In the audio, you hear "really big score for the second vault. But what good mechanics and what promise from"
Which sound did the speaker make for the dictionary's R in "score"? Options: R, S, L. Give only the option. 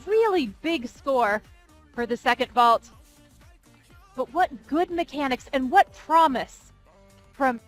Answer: R